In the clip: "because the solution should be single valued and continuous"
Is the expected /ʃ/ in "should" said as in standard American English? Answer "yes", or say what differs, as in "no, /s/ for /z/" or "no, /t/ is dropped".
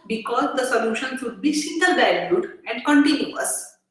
no, /s/ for /ʃ/